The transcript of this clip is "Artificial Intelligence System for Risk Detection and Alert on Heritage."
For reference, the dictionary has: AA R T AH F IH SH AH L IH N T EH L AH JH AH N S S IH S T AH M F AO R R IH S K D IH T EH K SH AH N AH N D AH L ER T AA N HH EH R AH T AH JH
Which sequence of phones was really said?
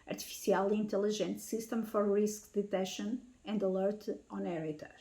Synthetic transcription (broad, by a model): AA R T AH F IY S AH L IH N T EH L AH ZH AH N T S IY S T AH M F AO R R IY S K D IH T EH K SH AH N AH N D AH L ER T AA N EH R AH T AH